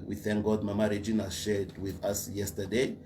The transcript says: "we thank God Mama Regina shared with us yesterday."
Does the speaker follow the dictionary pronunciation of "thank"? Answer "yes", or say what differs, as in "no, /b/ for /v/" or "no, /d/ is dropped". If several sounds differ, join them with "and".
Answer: yes